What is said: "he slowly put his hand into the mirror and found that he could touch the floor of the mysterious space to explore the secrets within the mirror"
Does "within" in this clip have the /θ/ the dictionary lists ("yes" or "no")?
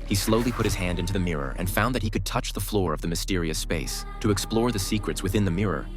yes